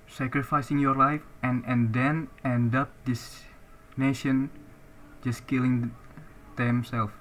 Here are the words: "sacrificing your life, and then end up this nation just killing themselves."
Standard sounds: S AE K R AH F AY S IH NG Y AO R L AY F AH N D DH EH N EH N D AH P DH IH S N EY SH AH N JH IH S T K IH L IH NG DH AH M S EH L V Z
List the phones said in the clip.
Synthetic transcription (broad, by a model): S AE K R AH F AY S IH NG Y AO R L AY F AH N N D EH N EH N D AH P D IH S N EY SH AH N JH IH S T K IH L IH NG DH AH M S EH L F